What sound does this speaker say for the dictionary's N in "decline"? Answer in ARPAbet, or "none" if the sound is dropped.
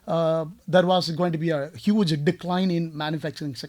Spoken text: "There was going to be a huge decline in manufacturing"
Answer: N